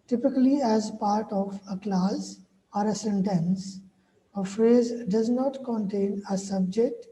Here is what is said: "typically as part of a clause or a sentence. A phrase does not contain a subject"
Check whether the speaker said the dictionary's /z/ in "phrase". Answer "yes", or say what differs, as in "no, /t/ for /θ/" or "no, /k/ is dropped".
yes